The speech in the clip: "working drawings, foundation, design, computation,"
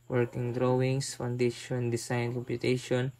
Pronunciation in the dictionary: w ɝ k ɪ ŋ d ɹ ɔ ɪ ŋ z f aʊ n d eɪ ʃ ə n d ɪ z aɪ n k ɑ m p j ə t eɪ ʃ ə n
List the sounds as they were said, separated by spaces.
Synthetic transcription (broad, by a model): w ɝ k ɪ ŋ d ɹ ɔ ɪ ŋ s f aʊ n d eɪ ʃ ə n d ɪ s aɪ n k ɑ m p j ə t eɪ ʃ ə n